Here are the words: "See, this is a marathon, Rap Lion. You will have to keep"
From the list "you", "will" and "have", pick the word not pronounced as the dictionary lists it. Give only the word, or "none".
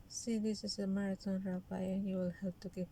have